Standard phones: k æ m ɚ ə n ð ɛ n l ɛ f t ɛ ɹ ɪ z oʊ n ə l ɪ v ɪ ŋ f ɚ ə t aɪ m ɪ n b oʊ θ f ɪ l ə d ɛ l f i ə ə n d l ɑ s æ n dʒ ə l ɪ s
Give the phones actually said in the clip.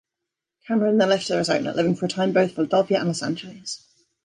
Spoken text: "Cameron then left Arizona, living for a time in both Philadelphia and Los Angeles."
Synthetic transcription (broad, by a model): k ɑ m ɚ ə n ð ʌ l ɛ f t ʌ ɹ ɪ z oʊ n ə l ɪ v ɪ ŋ f ɚ ə t aɪ m b oʊ θ f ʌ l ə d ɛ l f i ə ə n l ɑ s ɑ n dʒ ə l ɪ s